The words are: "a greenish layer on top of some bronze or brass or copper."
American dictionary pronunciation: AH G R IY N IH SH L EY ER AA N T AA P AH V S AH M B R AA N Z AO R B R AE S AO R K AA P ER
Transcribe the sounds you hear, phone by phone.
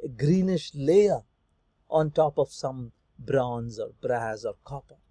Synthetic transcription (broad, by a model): G R IY N IH SH L EY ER AA N T AA P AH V S AH M B R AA N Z AO R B R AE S AO R K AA P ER